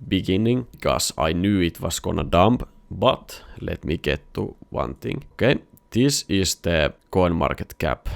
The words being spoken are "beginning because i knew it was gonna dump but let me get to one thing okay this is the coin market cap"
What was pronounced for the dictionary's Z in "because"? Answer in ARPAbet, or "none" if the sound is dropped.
none